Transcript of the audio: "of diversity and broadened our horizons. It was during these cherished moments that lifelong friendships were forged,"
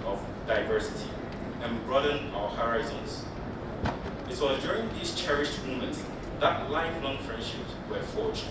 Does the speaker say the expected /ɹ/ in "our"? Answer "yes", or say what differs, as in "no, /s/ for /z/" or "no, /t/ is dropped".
yes